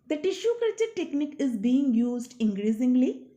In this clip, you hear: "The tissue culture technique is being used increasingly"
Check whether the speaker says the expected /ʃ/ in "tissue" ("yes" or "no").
yes